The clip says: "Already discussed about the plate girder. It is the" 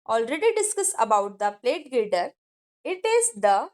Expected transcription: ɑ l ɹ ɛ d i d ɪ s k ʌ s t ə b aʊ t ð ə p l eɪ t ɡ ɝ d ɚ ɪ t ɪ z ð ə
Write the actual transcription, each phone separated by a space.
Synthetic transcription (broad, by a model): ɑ l ɹ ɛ d i d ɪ s k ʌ s ə b aʊ t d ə p l eɪ t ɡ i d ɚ ɪ t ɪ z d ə